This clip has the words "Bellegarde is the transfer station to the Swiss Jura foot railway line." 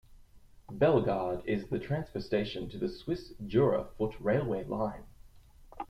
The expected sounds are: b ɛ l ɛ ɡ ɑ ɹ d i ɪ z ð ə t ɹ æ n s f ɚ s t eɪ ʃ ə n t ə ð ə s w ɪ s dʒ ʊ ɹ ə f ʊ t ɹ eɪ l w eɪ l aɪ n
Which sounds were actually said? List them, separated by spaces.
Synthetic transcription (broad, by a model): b ɛ l ɡ ɑ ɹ d ɪ z ð ə t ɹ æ n s p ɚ s t eɪ ʃ ə n t ə ð ə s w ɪ s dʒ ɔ ɹ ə f ʊ t ɹ eɪ l w eɪ l aɪ n